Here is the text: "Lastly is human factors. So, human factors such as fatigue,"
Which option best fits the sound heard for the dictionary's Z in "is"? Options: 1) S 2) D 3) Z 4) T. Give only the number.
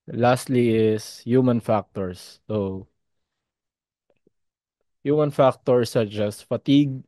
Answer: 1